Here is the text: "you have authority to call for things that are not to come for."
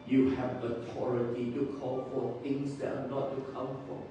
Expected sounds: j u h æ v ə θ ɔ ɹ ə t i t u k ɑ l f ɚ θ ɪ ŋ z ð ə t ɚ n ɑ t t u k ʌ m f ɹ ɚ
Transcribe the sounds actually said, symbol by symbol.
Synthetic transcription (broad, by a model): j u h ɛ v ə t ɔ ɹ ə t i t u k ɑ l f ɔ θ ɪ ŋ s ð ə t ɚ n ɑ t t u k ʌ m f ɹ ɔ